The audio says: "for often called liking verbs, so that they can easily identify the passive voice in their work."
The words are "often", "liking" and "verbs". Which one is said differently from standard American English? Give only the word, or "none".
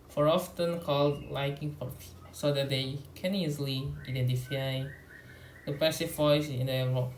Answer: verbs